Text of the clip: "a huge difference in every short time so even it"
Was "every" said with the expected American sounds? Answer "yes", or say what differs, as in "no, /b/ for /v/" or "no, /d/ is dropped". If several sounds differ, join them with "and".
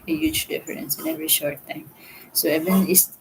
yes